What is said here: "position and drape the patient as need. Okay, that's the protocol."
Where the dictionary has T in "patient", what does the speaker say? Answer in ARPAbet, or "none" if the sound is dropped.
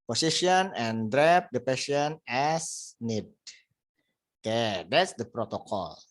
none